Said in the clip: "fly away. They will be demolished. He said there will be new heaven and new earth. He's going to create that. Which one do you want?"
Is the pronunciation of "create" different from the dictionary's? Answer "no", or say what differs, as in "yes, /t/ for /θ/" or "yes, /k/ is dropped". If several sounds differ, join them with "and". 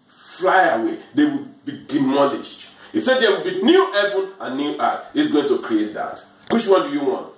no